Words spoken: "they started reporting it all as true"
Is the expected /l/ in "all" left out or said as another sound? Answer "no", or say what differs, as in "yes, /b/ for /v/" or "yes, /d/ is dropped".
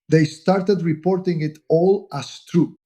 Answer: no